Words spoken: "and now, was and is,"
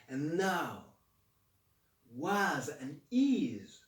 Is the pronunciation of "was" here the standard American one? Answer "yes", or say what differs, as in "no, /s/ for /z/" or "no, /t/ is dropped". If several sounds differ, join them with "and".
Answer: yes